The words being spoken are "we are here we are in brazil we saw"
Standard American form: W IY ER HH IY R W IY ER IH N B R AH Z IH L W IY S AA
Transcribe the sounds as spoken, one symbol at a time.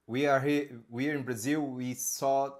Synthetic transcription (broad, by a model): W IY ER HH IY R W IY ER IH N B R AH Z IH L W IY S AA